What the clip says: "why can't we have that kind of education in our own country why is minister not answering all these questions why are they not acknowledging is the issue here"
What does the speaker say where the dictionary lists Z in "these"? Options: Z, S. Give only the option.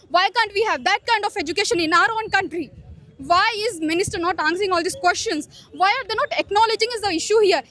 S